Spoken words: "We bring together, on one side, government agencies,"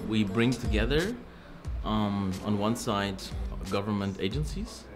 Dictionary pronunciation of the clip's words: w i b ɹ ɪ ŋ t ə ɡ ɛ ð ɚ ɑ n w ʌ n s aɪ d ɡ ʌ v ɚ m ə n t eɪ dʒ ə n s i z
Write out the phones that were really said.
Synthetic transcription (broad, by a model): w i b ɹ ɪ ŋ t ə ɡ ɛ ð ɚ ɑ n w ʌ n s aɪ d ɡ ʌ v ɚ m ə n t eɪ dʒ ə n s i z